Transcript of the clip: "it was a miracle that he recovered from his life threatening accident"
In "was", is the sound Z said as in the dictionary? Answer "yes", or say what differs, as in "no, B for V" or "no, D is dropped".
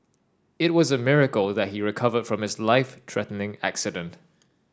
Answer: yes